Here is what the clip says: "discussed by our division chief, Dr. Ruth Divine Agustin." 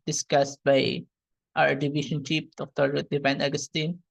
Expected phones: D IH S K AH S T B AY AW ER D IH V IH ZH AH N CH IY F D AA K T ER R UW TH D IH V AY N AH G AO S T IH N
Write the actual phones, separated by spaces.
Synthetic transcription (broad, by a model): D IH S K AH S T B AY AW ER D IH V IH SH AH N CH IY P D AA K T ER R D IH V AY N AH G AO S T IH N